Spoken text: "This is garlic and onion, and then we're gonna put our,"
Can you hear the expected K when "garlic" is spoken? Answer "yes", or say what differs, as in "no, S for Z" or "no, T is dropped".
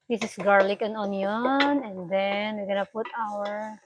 yes